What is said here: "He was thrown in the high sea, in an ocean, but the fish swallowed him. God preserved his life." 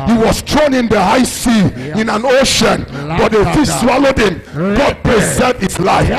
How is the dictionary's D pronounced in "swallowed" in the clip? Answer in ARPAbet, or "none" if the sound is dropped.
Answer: D